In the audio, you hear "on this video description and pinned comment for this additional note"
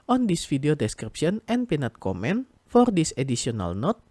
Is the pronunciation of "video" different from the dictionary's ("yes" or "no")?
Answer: yes